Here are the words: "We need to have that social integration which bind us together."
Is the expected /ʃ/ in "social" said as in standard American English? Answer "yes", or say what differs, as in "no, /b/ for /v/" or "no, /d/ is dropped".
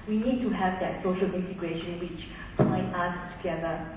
yes